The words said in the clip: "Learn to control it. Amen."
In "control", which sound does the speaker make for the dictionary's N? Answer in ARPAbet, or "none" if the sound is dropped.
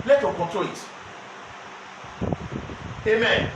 none